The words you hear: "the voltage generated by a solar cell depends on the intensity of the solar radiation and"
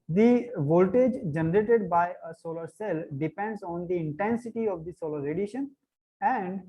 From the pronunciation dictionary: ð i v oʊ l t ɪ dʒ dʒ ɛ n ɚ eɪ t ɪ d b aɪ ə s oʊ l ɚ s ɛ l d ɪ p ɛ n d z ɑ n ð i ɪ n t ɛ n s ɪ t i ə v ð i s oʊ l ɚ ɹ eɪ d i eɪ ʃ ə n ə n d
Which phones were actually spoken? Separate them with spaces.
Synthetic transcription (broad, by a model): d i v oʊ l t ɪ dʒ dʒ ɛ n ɚ eɪ t ɪ d b aɪ ə s oʊ l ɚ s ɛ l d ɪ p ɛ n d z ɑ n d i ɪ n t ɛ n s ɪ t i ə v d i s oʊ l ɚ ɹ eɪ d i ʃ ə n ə n d